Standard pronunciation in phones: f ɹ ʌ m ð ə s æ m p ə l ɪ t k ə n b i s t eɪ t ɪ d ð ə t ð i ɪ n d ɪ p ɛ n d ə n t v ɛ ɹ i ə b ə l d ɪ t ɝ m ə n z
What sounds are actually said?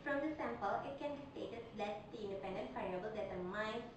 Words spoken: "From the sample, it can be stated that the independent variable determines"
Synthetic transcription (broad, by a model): f ɹ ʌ m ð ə s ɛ m p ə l ɪ t k ə n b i s t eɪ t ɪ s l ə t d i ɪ n d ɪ p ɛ n d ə n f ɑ i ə b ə l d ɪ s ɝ m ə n